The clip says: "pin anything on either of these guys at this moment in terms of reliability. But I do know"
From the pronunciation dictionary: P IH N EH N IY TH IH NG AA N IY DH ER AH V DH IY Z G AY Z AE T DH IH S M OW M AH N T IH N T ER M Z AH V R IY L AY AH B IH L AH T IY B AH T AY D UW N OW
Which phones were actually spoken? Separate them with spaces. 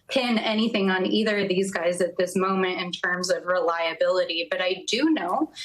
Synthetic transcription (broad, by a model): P IH N EH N IY TH IH NG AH N IY DH ER AH V DH IY Z G AY Z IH T DH IH S M OW M AH N T IH N T ER M Z AH V R IY L AY AH B IH L AH T IY B AH T AY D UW N OW